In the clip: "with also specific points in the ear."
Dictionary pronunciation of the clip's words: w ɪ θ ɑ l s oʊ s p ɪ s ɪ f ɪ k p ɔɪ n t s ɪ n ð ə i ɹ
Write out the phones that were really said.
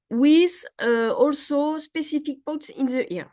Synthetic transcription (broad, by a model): w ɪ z ɑ l s oʊ s p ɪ s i f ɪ k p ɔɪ t s ɪ n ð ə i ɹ